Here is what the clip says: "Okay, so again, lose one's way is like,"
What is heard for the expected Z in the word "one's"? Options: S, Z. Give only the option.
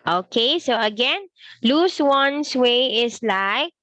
S